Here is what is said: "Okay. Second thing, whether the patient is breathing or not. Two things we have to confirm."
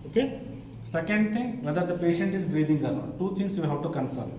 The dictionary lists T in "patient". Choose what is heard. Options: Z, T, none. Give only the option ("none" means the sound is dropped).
T